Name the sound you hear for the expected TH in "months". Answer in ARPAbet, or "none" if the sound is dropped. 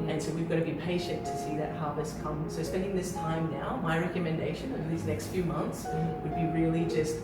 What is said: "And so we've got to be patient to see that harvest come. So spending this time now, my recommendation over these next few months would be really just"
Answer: TH